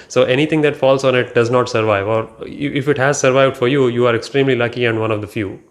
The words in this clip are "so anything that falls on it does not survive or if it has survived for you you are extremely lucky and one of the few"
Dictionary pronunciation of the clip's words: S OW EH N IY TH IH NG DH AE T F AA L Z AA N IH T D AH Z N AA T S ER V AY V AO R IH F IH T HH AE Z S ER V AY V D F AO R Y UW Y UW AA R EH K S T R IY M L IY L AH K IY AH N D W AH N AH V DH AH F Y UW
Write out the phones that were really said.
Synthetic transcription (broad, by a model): S OW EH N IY T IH NG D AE T F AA L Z AA N IH T D AH Z N AA T S ER V AY V AO R IH F IH T HH AE Z S ER V AY V D F AO R Y UW Y UW AA R EH K S T R IY M L IY L AH K IY AH N D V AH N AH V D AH F Y UW